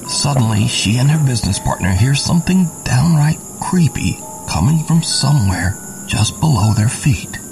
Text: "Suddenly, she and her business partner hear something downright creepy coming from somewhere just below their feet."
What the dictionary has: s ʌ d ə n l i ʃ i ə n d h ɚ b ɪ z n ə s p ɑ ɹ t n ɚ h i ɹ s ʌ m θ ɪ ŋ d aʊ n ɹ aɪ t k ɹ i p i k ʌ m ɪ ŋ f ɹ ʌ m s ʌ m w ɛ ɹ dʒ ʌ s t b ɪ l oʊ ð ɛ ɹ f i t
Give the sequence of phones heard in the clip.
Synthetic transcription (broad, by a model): s ʌ d n l i ʃ i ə n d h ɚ b ɪ z n ə s p ɑ ɹ t n ɚ h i ɹ s ʌ m θ ɪ ŋ d aʊ n ɹ aɪ t k ɹ i p i k ʌ m ɪ ŋ f ɹ ʌ m s ʌ m w ɛ ɹ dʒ ʌ s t b ɪ l oʊ ð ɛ ɹ f i t